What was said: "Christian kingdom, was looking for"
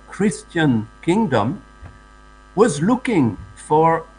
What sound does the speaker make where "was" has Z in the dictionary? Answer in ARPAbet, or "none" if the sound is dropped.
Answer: Z